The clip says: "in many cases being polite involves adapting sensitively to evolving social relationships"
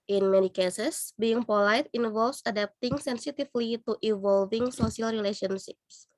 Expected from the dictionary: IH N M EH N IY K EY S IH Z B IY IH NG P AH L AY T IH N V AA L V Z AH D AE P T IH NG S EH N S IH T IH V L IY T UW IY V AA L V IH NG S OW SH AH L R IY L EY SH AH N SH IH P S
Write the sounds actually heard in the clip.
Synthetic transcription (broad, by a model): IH N M EH N IY K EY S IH S B IY IH NG P AH L AY T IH N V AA L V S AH D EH P T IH NG S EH N S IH T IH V L IY T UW IY V AA L V IH NG S OW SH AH L R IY L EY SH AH N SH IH P S